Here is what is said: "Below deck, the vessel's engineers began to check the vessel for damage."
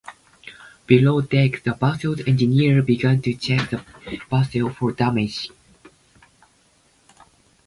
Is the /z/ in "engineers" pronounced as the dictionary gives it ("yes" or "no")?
no